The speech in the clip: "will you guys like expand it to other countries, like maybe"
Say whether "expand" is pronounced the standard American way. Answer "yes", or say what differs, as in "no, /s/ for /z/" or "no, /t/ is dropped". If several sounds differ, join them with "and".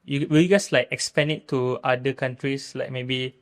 no, /d/ is dropped